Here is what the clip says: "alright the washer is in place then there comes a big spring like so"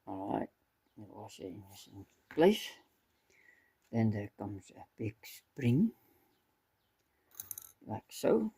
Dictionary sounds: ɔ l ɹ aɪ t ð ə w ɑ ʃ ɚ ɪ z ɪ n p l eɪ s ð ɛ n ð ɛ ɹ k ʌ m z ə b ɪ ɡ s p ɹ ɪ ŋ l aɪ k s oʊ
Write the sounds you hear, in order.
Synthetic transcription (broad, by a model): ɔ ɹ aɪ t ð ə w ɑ s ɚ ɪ s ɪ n p l eɪ s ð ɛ n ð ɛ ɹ k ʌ m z ə b ɪ ɡ s p ɹ ɪ ŋ l aɪ k s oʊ